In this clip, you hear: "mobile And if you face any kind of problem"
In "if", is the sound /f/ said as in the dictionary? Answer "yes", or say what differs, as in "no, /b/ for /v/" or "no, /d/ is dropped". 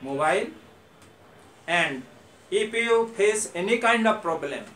no, /p/ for /f/